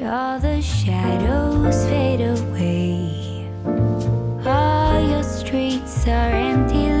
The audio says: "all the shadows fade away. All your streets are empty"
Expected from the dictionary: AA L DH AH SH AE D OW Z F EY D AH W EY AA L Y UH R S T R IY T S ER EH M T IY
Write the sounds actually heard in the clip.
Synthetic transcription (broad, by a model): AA L DH AH SH AE D OW Z F EY D AH W EY AA L Y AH R S T R IY T S ER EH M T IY